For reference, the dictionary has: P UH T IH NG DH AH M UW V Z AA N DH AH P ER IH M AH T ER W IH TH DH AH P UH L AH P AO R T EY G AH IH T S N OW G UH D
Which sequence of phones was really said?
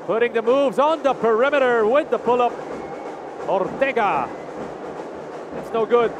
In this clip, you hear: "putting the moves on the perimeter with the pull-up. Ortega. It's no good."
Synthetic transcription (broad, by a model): P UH T IH NG DH AH M UW V Z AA N DH AH P ER IH M AH T ER W IH DH AH P UH L AH P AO R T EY G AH IH T S N OW G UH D